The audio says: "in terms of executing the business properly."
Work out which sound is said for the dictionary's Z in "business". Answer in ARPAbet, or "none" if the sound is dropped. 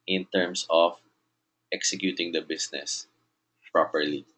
S